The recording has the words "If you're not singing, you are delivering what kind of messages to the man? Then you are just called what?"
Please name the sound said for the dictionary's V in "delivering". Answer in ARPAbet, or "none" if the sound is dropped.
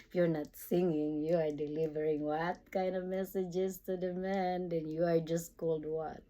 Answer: V